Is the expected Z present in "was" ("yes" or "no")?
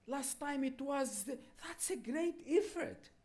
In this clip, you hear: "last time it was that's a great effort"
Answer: yes